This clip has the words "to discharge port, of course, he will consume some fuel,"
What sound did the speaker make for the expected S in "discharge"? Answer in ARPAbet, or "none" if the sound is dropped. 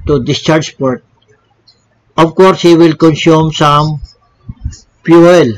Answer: S